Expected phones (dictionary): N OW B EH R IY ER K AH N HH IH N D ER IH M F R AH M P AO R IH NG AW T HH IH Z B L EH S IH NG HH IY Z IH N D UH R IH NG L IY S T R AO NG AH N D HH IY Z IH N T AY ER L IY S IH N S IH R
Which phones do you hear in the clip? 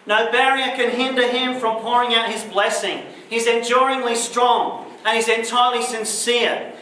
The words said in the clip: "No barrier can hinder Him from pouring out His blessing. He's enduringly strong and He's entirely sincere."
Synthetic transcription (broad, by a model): N OW B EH R IY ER K AH N HH IH N D ER IH M F R AH M P AO R IH NG AW T HH IH Z B L EH S IH NG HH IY Z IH N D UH R IH NG L IY S T R AO NG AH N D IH Z IH N T AY ER L IY S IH N S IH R